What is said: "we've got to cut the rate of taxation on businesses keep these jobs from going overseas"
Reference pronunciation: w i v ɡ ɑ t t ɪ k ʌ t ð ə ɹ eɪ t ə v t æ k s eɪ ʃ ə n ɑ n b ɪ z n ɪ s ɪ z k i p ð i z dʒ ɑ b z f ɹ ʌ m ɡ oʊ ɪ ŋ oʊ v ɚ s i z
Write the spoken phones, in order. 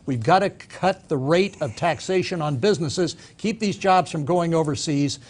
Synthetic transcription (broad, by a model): w i v ɡ ɑ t t ɪ k ʌ t ð ə ɹ eɪ t ə v t æ k s eɪ ʃ ə n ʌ n b ɪ z n ɪ s ɪ z k i p ð i z dʒ ɑ b z f ɹ ʌ m ɡ oʊ ɪ ŋ oʊ v ɚ s i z